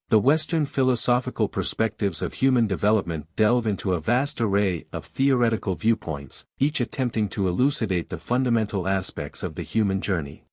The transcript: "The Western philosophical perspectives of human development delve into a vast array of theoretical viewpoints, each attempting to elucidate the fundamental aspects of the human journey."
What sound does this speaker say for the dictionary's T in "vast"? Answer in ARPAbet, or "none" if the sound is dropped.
T